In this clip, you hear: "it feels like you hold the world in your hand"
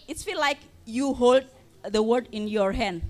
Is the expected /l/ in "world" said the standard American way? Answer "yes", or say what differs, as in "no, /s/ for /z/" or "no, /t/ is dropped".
no, /l/ is dropped